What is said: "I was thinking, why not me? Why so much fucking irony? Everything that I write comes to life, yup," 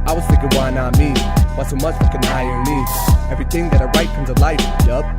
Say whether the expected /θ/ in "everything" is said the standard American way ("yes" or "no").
yes